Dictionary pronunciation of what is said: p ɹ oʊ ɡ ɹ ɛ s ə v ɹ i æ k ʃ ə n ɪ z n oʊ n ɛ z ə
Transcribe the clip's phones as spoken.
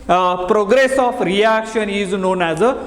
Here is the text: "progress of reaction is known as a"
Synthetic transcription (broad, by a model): p ɹ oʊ ɡ ɹ ɛ s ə p ɹ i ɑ k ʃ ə n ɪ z n oʊ n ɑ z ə